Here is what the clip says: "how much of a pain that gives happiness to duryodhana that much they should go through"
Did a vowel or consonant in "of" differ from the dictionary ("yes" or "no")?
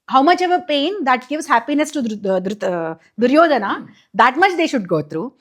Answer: no